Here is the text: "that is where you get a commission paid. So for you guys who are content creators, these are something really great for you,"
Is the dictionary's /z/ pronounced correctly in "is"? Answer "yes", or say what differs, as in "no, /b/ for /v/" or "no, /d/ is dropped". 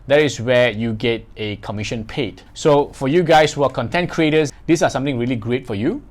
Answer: no, /s/ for /z/